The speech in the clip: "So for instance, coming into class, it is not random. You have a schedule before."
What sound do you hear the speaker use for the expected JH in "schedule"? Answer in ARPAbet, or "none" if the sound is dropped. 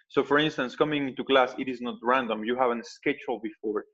CH